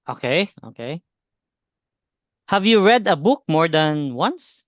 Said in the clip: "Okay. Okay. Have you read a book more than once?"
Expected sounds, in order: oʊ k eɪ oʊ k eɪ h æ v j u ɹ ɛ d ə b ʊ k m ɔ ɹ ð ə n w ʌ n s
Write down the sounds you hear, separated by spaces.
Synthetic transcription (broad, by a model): oʊ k eɪ oʊ k eɪ h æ v j u ɹ ɛ d ə b ʊ k m ɔ ɹ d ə n w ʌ n s